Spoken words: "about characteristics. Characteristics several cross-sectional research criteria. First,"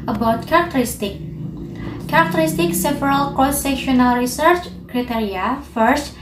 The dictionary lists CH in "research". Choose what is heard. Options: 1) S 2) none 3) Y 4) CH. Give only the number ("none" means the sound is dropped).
4